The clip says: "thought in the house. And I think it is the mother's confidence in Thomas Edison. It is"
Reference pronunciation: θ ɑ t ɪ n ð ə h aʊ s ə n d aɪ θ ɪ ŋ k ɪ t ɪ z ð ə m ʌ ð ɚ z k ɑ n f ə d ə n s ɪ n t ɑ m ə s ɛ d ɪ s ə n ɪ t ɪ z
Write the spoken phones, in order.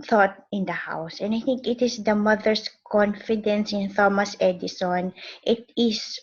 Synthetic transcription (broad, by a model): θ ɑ t ɪ n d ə h aʊ s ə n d aɪ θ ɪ ŋ k ɪ t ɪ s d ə m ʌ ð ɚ s k ɑ n f ə d ə n s ɪ n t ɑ m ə s ɛ d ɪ s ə n ɪ t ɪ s